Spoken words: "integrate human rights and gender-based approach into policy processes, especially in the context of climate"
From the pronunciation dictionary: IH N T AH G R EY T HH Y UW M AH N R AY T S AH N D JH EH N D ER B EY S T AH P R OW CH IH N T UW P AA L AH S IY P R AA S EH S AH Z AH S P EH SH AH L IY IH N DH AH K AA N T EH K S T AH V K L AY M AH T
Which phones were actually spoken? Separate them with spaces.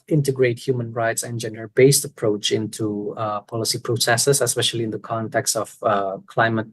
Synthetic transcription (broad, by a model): IH N T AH G R EY T HH Y UW M AH N R AY T S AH N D JH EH N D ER B EY S T AH P R OW CH IH N T UW P AA L AH S IY P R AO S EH S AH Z AH S P EH SH AH L IY IH N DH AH K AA N T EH K S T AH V K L AY M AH T